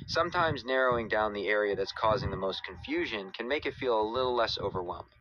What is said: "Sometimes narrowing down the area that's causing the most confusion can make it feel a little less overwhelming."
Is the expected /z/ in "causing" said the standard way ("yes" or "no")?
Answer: yes